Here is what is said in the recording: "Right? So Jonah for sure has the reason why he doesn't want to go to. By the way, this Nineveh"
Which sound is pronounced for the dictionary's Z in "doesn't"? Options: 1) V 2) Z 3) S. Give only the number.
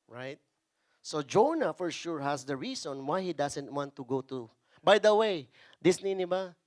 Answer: 3